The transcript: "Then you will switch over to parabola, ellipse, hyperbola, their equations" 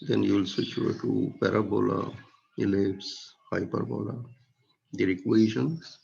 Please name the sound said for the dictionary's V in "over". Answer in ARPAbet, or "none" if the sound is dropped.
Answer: none